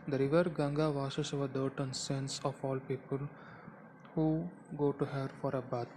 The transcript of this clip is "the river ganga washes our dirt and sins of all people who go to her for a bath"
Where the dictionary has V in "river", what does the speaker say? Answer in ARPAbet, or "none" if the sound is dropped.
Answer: V